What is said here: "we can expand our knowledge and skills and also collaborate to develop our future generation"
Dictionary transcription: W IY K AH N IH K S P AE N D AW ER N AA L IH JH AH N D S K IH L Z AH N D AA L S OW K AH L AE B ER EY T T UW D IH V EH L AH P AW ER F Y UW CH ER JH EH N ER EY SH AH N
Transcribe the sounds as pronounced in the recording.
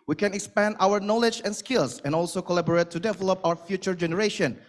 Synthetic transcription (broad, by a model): W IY K AH N IH K S P AE N D AW ER N AA L IH JH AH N S K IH L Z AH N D AA L S OW K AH L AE B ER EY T T UW D IH V EH L AH P AW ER F Y UW CH ER JH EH N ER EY SH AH N